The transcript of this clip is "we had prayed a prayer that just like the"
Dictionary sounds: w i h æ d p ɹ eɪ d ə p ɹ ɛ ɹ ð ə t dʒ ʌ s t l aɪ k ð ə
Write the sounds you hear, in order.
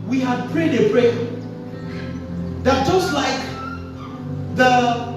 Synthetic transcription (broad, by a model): w i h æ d p ɹ eɪ d ə b ɹ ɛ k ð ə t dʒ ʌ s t l aɪ k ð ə